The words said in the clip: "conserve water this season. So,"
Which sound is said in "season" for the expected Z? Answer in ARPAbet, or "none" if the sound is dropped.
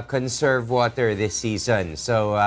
Z